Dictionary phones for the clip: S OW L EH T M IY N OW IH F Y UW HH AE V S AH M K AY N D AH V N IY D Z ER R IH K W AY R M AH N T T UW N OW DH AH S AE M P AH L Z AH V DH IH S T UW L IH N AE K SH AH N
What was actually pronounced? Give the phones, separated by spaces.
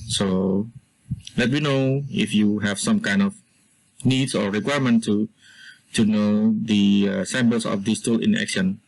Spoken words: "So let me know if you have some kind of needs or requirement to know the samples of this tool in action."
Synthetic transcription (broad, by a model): S OW L EH T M IY N OW IH F Y UW HH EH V S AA M K AY N D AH F N IY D S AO R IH K W AY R M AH N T T UW N OW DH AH S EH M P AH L S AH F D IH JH T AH L IH N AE K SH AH N